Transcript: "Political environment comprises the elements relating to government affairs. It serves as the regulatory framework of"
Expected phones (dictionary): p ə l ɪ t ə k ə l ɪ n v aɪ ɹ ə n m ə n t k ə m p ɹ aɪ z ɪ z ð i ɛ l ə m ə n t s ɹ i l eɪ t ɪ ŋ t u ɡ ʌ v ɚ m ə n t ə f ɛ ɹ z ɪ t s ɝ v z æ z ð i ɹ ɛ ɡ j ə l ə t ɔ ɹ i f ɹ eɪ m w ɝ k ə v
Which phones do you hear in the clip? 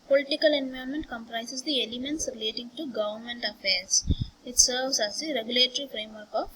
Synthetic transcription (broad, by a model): p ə l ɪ t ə k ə l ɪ n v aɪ ə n m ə n t k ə m p ɹ aɪ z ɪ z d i ɛ l ə m ə n t s ɹ i l eɪ t ɪ ŋ t u ɡ ʌ v ɚ m ə n t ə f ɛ ɹ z ɪ t s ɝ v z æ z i ɹ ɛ ɡ j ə l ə t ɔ ɹ i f ɹ eɪ m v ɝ k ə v